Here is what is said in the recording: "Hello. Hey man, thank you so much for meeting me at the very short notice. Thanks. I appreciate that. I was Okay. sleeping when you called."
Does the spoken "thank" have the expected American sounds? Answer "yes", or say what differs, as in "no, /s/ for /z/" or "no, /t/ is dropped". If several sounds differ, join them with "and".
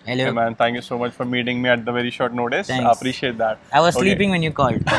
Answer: no, /t/ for /θ/